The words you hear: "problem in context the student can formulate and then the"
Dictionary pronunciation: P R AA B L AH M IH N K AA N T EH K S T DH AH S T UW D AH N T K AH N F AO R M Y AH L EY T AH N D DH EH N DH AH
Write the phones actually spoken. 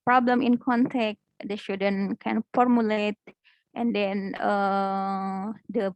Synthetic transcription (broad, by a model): P R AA B L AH M IH N K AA N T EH K T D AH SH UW D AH N K AH N F AO R M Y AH L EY T AH N D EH N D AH